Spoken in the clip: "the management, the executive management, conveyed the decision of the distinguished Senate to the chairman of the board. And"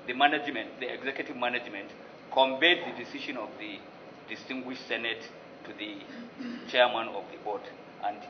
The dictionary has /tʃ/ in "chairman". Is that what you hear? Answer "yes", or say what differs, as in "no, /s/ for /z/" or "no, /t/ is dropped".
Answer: yes